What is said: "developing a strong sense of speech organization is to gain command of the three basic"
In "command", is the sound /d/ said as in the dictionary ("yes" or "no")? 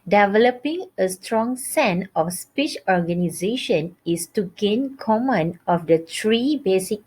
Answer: no